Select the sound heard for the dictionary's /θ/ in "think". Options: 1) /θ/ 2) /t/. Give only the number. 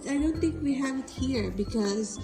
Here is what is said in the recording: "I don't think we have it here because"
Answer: 2